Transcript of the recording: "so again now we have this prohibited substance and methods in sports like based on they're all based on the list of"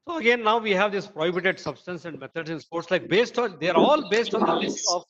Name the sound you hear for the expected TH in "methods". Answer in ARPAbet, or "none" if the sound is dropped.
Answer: T